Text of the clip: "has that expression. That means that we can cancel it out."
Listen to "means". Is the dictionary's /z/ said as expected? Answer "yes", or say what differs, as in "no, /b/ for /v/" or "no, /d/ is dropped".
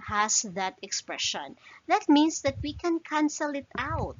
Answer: no, /s/ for /z/